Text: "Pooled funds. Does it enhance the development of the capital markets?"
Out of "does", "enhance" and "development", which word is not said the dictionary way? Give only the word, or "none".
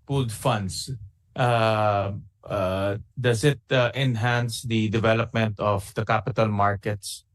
does